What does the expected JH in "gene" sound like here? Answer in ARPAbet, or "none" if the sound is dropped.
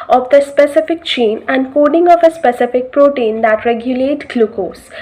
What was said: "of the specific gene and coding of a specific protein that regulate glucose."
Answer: CH